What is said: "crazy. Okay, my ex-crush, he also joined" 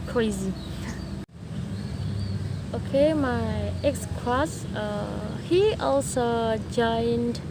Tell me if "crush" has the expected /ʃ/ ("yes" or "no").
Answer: no